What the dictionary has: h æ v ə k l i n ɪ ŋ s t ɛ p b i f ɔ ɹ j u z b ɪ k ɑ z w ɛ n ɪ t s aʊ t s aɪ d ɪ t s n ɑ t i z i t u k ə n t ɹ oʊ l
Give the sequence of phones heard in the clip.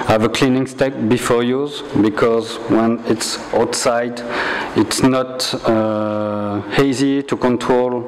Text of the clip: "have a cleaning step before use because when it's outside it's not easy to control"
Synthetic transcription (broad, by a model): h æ v ə k l i n ɪ ŋ s t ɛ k b i f ɔ ɹ j u z b ɪ k ɑ z w ɛ n ɪ t s aʊ t s aɪ d ɪ t s n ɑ t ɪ z i t u k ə n t ɹ oʊ l